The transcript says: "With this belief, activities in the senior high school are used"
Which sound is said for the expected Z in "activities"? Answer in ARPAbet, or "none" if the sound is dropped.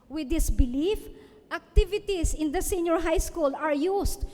S